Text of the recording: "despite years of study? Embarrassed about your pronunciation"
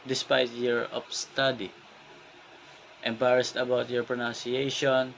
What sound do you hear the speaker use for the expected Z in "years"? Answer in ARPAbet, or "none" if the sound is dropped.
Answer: none